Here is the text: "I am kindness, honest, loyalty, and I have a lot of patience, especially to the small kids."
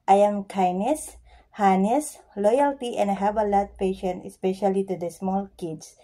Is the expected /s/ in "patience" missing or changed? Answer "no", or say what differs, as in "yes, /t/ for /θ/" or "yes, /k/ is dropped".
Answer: yes, /s/ is dropped